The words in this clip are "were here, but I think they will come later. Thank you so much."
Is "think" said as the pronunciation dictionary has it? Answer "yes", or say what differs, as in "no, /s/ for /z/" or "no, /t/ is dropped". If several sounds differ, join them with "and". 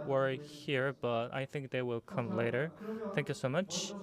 yes